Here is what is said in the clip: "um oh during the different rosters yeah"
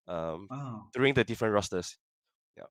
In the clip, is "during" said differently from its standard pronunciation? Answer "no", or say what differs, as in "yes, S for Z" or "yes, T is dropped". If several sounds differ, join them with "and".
yes, R is dropped